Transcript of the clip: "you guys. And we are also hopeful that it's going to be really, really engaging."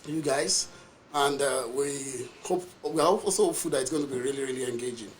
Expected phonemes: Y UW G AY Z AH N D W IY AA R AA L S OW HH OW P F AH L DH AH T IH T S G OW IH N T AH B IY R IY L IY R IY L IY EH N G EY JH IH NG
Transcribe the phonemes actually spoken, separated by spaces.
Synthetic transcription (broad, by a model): Y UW G AY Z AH N D W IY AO W AA L S OW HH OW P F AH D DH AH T IH T S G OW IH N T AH B IY R IY L IY R IY L IY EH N G EY JH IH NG